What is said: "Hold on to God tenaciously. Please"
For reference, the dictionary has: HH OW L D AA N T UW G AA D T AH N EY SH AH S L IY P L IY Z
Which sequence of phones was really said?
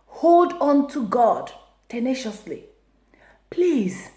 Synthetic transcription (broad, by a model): HH OW L D AA N T UW G AA D T AH N EY SH AH S L IY P L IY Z